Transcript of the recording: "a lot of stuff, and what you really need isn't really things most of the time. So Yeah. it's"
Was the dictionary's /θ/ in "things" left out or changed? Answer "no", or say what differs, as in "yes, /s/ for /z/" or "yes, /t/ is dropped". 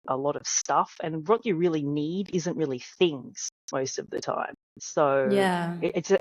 no